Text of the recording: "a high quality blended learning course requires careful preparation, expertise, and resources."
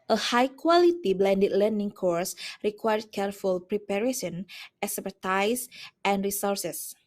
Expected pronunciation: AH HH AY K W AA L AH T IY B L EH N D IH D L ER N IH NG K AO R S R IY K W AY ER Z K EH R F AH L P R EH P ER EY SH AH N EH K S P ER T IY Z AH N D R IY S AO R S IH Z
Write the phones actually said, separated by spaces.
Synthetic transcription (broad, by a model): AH HH AY K W AA L AH T IY B L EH N D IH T L ER N IH NG K AO R S R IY K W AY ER K EH R F AH L P R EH P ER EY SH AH N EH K S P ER T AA S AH N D R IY S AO R S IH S